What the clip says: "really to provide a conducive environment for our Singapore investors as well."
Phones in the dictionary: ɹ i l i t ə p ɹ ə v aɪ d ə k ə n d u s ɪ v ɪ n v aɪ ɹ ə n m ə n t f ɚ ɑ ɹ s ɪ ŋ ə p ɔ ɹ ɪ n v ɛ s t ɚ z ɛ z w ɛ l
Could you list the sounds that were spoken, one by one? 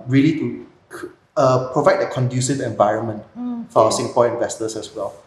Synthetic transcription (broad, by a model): ɹ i l i t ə p ɹ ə v aɪ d ə k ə n d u s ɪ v ɪ n v aɪ ɹ ə n m ə n t f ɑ s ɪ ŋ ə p ɔ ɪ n v ɛ s t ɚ s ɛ s w ɛ l